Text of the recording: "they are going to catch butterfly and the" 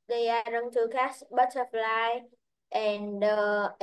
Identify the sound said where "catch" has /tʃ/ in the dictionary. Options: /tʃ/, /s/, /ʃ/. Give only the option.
/s/